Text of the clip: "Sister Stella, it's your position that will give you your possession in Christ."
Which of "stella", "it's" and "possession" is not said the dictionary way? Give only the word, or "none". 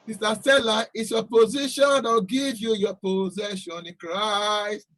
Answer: none